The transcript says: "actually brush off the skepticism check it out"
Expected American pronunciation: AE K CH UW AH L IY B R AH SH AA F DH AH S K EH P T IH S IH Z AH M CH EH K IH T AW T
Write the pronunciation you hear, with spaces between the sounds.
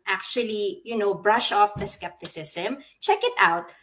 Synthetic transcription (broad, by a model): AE K CH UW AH L IY B R AH SH AA F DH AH S K EH P T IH S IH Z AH M CH EH K IH T AW T